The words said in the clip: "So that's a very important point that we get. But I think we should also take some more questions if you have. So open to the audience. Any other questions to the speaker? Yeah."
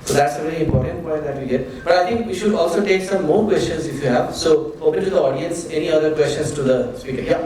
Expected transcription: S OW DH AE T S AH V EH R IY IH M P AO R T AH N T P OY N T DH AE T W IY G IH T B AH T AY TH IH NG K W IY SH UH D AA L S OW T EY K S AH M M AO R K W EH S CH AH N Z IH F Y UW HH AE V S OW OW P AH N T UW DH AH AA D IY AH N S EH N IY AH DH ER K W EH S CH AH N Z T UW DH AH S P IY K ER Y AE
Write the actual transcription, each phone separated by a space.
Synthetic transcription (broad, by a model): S OW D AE T S AH V EH R IY IH M P AO R T AH N T P OY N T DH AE T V IY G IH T B AH T AY T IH NG K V IY SH UH D AA L S OW T EY K S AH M M AO R K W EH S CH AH N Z IH F Y UW HH AE V S OW OW P AH N T UW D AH AA D IY AH N S EH N IY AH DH ER K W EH S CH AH N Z T UW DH AH S P IY K ER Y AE